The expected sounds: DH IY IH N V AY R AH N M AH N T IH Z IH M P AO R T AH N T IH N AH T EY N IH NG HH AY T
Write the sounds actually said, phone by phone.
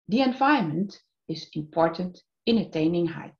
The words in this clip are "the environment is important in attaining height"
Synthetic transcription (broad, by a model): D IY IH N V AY AH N M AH N T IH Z IH M P AO R T AH N T IH N AH T EY N IH NG HH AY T